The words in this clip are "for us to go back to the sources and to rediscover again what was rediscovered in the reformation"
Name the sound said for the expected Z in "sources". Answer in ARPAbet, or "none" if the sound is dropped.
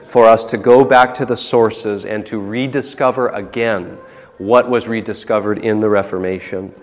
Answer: Z